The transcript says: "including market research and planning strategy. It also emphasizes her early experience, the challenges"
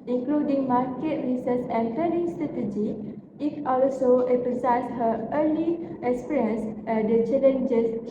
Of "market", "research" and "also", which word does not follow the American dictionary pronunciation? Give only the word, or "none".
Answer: research